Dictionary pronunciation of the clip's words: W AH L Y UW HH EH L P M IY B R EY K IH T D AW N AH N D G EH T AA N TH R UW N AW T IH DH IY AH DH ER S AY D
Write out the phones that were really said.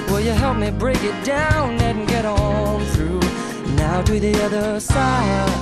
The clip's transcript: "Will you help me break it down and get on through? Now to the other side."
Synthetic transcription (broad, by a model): W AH L Y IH HH EH L P M IY B R EY K IH T D AW N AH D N G EH T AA L TH R UW N AW T IH DH IY AH DH ER S AY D